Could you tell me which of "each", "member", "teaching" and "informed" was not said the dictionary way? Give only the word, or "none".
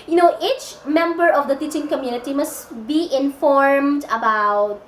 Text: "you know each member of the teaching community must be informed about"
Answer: none